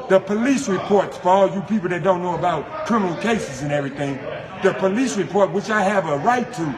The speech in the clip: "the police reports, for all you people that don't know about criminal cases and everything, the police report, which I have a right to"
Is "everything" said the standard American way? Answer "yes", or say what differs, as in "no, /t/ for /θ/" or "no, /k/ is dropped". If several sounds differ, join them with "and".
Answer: yes